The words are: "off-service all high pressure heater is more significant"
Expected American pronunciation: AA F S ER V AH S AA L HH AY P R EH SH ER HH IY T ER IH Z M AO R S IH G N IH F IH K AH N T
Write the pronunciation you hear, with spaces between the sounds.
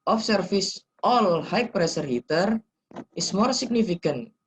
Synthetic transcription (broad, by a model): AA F S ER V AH S AA L HH AY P R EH S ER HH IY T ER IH S M AO R S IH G N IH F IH K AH N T